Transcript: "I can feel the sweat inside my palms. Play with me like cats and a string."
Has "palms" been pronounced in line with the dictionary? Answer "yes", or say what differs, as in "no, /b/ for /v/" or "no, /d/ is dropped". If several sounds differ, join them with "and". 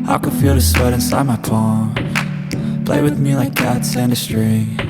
no, /z/ is dropped